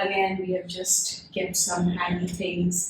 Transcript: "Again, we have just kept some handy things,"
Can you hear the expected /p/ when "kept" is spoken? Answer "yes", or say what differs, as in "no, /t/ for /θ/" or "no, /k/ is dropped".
no, /p/ is dropped